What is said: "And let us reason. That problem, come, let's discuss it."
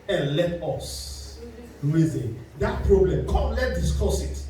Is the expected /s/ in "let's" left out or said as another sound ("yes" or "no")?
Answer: yes